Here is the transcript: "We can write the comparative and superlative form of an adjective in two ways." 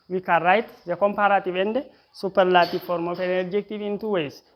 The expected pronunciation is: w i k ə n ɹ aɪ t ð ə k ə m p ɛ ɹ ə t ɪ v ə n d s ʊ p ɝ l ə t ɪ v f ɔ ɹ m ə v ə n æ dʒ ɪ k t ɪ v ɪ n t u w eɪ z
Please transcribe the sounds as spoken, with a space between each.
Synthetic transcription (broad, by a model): w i k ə ɹ aɪ t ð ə k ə m p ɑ ɹ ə t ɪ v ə n d s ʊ p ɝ l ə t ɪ f ɔ ɹ m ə f ə n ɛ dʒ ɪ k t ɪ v ɪ n t u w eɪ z